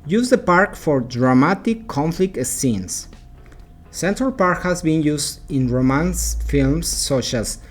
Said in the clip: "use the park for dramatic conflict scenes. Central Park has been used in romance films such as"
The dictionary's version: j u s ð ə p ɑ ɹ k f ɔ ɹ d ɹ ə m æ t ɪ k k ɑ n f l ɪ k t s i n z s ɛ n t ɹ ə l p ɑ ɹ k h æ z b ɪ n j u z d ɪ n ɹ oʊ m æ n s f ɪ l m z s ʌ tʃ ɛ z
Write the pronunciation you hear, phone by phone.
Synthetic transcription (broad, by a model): j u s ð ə p ɑ ɹ k f ɔ ɹ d ɹ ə m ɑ t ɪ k k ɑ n f l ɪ k t s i n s s ɛ n t ɹ ə l p ɑ ɹ k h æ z b ɪ n j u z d ɪ n ɹ oʊ m æ n s f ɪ l m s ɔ ʃ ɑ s